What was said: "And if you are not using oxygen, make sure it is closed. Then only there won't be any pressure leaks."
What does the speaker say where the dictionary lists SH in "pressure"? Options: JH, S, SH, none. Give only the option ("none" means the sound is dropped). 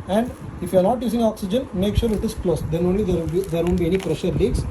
SH